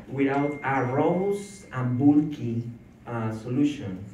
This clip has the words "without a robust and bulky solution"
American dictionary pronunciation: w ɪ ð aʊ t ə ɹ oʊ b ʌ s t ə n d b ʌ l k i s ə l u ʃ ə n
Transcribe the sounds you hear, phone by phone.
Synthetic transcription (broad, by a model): w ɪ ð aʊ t ə ɹ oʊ ʊ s ə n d b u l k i s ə l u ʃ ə n